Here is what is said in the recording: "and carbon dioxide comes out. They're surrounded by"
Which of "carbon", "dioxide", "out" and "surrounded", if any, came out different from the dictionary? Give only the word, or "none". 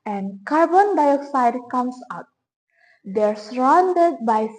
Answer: none